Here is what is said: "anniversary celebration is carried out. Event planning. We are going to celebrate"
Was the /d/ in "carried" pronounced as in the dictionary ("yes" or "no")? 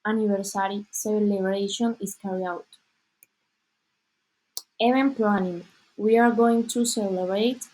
no